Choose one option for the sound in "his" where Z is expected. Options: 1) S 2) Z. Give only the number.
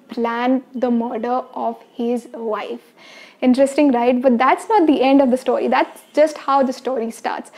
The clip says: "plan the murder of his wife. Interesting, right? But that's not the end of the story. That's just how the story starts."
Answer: 2